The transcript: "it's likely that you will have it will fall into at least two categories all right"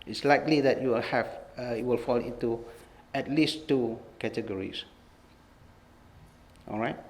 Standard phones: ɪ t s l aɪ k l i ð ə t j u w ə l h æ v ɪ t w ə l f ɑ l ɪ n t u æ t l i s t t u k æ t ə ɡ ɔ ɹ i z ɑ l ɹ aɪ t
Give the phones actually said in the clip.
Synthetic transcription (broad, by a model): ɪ t s l aɪ k l i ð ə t j u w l h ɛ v ɪ t w ə l f ɑ l ɪ n t u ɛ t l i s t t u k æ t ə ɡ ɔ ɹ i s ɑ l ɹ aɪ t